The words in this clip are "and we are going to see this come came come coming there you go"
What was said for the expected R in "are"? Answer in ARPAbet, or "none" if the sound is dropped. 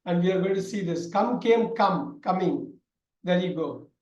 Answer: L